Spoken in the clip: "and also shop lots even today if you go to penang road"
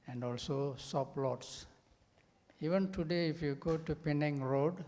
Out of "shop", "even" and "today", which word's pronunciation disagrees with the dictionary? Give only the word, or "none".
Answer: shop